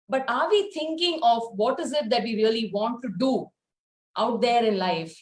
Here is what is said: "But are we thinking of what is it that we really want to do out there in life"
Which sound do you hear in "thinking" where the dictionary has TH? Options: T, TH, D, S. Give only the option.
T